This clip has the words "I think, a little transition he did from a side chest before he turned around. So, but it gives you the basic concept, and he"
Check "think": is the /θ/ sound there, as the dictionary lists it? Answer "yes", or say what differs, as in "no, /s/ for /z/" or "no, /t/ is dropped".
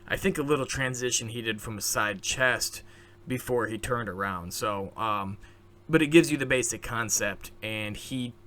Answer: yes